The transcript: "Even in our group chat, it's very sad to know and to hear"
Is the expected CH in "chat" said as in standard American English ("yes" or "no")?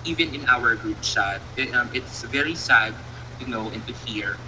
no